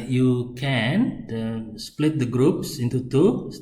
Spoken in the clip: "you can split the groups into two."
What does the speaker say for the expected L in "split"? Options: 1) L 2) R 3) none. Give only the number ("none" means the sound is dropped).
1